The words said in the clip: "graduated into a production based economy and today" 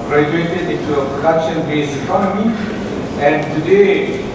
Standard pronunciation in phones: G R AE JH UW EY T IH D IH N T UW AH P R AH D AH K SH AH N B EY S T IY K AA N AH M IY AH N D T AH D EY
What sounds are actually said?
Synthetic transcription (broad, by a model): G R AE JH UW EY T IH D IH N T UW AH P R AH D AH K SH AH N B EY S IY K AA N AH M IY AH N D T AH D EY